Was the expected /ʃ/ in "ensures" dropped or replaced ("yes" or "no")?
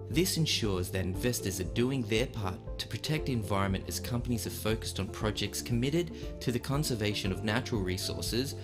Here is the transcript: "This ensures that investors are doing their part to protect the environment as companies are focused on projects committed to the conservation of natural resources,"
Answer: no